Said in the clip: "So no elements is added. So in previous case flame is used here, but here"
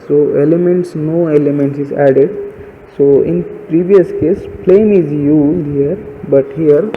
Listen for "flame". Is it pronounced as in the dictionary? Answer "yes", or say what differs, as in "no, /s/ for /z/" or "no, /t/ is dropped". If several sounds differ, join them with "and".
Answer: no, /p/ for /f/